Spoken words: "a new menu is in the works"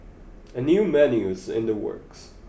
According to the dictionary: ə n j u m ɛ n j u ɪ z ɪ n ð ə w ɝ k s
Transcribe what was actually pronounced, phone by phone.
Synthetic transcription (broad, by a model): ə n j u m ɛ n j u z ɪ n ð ə w ɝ k s